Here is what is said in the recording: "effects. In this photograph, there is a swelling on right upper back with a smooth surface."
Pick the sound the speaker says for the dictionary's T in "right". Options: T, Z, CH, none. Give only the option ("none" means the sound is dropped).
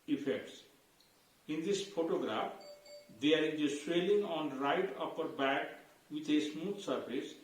T